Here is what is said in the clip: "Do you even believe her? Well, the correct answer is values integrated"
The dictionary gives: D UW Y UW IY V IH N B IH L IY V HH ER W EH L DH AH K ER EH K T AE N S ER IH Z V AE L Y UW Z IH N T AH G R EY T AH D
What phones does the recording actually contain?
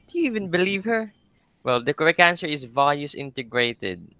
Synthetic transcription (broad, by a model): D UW Y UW IY V IH N B IH L IY V HH ER W EH L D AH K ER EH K AE N S ER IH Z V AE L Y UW S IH N T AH G R EY T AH D